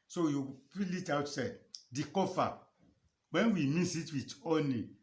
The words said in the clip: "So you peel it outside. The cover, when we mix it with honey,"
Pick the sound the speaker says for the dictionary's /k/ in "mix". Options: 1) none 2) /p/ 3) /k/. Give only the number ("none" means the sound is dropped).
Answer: 1